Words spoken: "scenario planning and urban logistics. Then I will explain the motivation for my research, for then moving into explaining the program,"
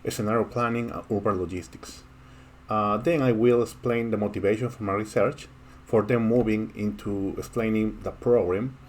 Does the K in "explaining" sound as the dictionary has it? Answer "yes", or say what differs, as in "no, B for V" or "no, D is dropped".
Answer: yes